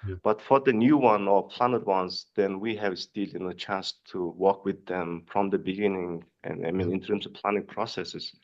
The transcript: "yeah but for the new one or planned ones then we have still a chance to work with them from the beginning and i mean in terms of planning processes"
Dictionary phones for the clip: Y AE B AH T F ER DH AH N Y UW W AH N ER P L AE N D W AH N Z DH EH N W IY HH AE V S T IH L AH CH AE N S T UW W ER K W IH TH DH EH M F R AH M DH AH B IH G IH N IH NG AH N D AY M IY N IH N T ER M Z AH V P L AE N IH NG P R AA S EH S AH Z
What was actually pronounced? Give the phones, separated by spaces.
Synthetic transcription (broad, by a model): B AH T F ER DH AH N Y UW W AH N ER P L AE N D W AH N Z DH EH N W IY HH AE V S T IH N AH CH AE N S T UW W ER K W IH DH EH M F R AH M DH AH B IH G IH N IH NG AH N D AY M IY N IH N T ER M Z AH V P L AE N IH NG P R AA S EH S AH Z